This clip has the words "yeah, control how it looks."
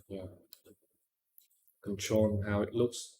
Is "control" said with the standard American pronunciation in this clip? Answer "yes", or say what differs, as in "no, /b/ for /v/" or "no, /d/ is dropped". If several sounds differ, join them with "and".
no, /n/ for /l/